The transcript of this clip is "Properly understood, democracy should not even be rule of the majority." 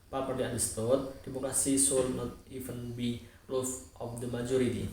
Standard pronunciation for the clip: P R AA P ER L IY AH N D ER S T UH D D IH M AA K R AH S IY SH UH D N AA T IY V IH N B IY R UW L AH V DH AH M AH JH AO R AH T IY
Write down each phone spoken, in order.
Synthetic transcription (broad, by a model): P AA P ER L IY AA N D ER S T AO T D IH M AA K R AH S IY S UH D N AA T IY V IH N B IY L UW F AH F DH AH M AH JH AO R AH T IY